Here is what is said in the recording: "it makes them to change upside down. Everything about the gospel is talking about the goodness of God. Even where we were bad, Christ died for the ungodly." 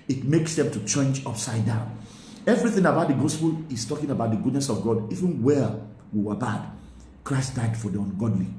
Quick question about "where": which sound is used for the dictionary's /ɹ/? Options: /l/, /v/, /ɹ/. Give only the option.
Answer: /l/